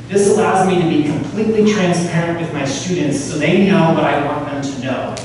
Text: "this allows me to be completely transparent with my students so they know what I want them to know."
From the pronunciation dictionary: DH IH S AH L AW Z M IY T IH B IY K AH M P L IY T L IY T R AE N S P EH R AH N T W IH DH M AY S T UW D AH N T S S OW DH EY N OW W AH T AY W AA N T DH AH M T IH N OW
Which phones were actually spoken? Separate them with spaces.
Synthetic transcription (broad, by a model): DH IH S AH L AW Z M IY T IH B IY K AH M P L IY T L IY T R AE N S P EH R AH N T W IH DH M AY S T UW D N T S S OW DH EY N OW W AH T AY W AA N DH AH M T IH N OW